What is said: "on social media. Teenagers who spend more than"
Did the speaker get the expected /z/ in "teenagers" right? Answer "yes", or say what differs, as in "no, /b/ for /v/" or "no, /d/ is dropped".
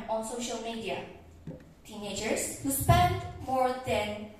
no, /s/ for /z/